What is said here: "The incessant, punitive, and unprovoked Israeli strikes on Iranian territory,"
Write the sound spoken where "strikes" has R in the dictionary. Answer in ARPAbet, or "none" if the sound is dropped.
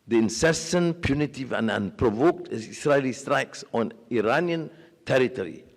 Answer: R